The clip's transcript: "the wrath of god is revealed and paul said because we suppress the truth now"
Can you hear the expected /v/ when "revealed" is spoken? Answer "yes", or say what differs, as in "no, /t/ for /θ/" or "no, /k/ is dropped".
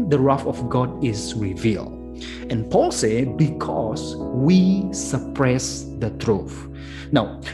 yes